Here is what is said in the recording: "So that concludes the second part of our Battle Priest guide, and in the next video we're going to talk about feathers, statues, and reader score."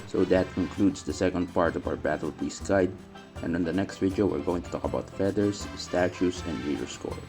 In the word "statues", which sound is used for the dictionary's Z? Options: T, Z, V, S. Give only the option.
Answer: S